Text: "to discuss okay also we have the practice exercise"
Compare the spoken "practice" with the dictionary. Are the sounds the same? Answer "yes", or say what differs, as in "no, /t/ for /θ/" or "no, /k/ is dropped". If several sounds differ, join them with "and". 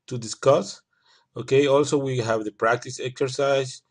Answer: yes